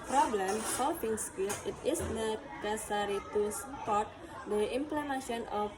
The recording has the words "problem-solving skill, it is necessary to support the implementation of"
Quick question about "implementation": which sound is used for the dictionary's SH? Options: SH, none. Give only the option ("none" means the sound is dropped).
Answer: none